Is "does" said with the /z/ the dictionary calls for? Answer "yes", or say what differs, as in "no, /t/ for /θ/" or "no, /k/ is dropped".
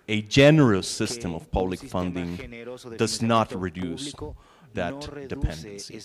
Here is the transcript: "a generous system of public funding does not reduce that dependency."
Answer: yes